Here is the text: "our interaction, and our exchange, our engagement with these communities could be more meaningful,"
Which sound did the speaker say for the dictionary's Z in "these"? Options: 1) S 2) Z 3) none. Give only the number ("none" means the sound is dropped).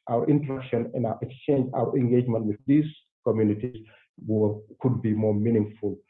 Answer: 1